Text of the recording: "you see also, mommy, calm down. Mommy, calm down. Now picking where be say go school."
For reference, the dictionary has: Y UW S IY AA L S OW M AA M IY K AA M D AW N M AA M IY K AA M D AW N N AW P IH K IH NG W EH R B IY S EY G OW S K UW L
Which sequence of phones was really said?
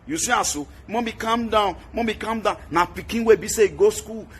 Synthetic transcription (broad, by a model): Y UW S IY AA S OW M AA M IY K AA M D AW N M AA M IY K AA M D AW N N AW P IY K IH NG W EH B IY S EY G OW S K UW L